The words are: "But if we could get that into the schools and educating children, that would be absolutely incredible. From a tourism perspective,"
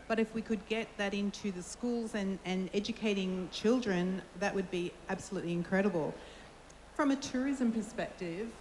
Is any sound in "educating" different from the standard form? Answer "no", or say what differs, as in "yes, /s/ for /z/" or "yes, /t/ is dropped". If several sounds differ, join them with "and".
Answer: no